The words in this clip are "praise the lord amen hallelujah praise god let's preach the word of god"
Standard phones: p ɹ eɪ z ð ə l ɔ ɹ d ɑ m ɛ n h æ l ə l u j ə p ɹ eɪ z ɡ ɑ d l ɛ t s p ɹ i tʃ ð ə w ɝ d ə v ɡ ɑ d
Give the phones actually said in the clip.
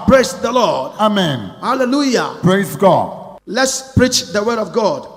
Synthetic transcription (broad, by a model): p ɹ eɪ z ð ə l ɔ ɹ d ɑ m ɛ n h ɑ l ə l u j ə p ɹ eɪ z ɡ ɑ d l ɛ t s p ɹ i tʃ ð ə w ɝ d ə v ɡ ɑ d